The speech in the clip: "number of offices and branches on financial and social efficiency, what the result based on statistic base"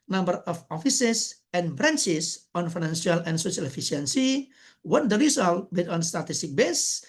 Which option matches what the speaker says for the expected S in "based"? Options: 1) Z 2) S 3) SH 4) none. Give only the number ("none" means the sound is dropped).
4